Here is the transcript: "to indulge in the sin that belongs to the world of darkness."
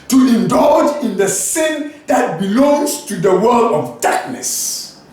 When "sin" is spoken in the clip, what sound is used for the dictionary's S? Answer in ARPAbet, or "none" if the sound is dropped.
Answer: S